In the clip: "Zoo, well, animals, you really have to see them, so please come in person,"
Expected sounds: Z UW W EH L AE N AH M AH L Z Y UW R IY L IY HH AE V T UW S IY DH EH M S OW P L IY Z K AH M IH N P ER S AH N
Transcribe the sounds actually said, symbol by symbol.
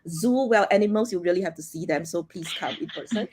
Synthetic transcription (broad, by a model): Z UW W EH L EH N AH M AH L S Y UW R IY L IY HH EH F T UW S IY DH EH M S OW P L IY S K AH M IH N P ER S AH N